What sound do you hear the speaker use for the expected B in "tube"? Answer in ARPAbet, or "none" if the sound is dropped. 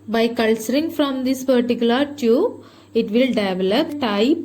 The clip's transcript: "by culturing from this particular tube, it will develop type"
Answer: none